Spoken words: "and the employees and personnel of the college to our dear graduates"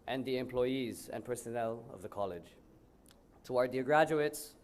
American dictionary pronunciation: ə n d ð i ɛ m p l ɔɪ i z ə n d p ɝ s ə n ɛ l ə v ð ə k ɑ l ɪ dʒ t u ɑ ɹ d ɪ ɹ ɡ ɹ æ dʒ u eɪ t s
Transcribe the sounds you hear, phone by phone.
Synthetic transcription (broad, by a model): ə n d ð i ɛ m p l ɔɪ i z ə n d p ɝ s ə n ɛ l ə v ð ə k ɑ l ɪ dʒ t u ɑ ɹ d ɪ ɡ ɹ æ dʒ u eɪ t s